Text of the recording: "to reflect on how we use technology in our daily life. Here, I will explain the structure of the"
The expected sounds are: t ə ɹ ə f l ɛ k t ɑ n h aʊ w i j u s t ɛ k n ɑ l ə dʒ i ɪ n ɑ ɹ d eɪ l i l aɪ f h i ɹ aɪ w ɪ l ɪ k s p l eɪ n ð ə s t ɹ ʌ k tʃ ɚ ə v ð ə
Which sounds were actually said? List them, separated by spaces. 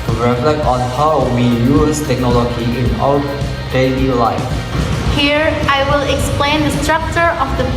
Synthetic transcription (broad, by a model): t ɹ ə f l ɛ k t ɑ n h aʊ w i j u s t ɛ k n ɑ l ə dʒ i ɪ n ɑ w d eɪ l i l aɪ f h i ɹ aɪ w ɪ l ɪ k s p l eɪ n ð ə s t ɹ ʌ k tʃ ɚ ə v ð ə